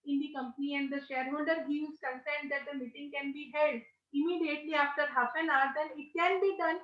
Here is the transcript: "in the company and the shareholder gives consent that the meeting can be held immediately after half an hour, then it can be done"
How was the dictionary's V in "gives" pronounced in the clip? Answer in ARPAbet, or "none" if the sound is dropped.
none